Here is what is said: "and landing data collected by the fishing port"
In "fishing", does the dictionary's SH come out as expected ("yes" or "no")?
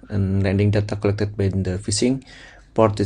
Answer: no